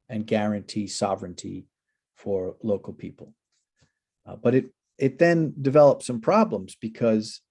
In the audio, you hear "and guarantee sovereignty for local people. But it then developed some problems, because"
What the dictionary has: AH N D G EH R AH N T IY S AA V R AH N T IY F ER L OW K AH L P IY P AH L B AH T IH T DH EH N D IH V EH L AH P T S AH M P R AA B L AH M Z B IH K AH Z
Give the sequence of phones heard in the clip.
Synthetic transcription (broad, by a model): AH N G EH R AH N T IY S AA V R AH N T IY F ER L OW K L P IY P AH L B AH T IH T DH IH N D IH V EH L AH P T S AH M P R AA B L AH M Z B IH K AH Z